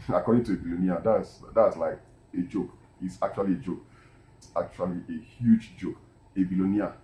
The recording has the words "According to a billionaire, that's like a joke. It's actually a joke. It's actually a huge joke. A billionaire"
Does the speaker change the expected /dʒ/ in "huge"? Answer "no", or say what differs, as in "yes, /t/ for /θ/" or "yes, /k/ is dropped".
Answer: no